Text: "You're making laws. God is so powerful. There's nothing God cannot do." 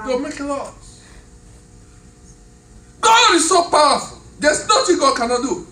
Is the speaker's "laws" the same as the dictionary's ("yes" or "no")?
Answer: no